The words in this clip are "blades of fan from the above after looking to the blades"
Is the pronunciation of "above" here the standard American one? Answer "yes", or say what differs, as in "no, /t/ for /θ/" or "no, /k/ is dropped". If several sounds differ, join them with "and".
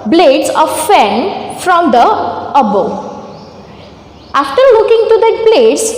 no, /v/ is dropped